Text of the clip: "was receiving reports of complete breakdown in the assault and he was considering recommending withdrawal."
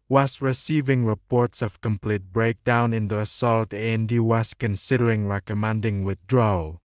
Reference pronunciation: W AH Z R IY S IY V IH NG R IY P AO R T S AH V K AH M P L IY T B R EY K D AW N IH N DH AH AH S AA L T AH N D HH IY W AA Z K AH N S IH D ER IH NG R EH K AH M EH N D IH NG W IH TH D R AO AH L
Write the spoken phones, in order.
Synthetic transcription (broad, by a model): W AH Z R IY S IY V IH NG R IY P AO R T S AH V K AH M P L IY T B R EY K D AW N IH N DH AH AH S AA L T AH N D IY W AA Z K AH N S IH D ER IH NG R EH K AH M EH N D IH NG W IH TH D R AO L